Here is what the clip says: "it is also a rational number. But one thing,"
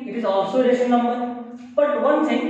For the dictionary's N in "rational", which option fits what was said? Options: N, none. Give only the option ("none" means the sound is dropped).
none